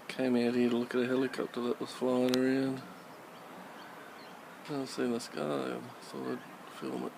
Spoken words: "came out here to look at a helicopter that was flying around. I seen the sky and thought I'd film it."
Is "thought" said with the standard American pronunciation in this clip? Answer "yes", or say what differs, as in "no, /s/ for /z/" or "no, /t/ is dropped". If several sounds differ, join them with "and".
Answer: no, /t/ is dropped